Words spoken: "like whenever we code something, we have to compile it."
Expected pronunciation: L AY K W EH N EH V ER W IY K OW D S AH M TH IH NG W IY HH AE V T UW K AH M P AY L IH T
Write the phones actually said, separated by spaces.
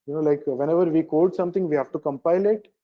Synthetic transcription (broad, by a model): L AY K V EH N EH V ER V IY K OW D S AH M T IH NG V IY HH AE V T UW K AH M P AY L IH T